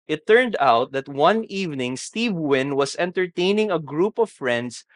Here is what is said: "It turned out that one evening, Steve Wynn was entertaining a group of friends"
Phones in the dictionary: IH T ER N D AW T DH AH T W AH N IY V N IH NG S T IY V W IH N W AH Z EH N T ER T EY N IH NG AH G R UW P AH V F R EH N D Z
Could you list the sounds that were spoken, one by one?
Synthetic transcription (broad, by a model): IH T ER N D AW T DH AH T W AH N IY V N IH NG S T IY V W IH N W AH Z EH N T ER T EY N IH NG AH G R UW P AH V F R EH N D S